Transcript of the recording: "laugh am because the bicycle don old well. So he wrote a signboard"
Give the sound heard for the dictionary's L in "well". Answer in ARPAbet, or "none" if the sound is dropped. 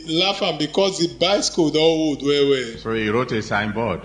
W